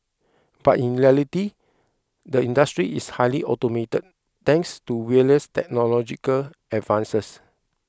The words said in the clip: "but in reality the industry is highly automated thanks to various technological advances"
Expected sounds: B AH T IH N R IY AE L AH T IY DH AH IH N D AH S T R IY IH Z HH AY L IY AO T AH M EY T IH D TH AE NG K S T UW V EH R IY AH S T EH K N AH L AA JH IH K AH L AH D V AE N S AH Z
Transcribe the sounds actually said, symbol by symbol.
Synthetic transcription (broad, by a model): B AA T IH N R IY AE L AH T IY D AH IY N D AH S T R IY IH S HH AY L IY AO T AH M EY T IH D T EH NG K S T UW W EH IY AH S T EH K N AH L AA JH IH K AH L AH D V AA N S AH S